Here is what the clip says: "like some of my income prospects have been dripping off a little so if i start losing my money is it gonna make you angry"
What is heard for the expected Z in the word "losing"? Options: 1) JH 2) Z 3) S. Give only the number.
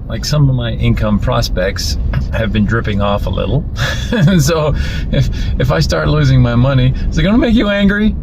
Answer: 2